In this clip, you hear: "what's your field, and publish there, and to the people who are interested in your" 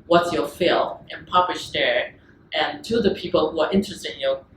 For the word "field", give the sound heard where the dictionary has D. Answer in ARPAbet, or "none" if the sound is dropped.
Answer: none